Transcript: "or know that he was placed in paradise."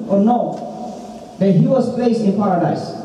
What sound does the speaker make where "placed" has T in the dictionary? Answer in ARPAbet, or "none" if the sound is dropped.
none